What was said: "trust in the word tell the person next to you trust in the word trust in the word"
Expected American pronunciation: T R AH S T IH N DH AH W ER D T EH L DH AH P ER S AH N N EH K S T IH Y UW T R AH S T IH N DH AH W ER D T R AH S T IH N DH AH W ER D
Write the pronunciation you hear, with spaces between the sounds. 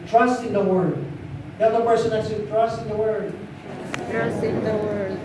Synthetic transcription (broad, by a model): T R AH S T IH N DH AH W ER D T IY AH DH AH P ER S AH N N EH S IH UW T R AH S T IH N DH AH W ER D T R AH S T IH N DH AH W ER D